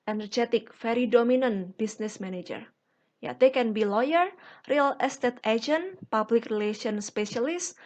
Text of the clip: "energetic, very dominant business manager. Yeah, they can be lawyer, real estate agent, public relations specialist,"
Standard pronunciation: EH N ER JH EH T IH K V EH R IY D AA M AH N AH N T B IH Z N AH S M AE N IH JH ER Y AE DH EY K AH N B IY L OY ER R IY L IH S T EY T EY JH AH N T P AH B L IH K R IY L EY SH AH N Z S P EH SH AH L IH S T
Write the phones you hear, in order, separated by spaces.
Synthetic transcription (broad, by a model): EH N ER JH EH T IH K F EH R IY D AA M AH N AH N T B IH S N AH S M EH N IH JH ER Y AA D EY K AH N B IY L OY ER R IY L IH S T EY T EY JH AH N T P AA B L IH K R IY L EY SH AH N S P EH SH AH L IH S